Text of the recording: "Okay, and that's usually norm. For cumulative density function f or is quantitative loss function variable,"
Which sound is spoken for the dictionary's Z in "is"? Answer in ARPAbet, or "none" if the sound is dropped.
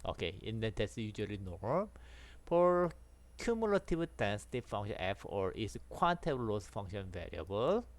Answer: S